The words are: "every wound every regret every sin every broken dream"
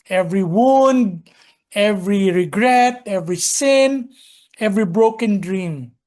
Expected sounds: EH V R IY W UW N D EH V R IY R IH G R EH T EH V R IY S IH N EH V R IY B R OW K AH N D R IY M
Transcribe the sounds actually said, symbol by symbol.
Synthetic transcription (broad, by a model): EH V R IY W UW N D EH V R IY R IH G R EH T EH V R IY S IH N EH V R IY B R OW K AH N D R IY M